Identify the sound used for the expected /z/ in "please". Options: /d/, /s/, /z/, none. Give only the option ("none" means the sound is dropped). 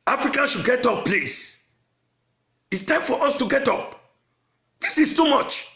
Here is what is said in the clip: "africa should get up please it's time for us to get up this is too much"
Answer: /s/